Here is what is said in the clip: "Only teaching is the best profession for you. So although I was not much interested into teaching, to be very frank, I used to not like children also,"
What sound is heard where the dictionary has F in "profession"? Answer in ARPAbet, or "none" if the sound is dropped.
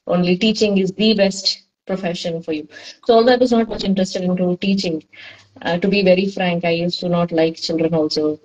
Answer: F